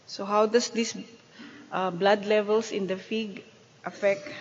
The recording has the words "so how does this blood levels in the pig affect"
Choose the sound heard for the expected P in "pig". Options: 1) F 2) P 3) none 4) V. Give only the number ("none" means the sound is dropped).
1